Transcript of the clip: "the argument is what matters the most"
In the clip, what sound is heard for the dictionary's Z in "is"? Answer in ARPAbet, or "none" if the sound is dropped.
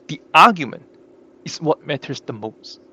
S